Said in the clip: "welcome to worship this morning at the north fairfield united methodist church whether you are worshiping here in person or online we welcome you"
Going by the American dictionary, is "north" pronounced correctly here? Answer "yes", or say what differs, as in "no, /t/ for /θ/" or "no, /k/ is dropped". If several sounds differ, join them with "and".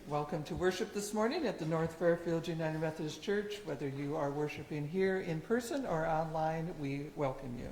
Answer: yes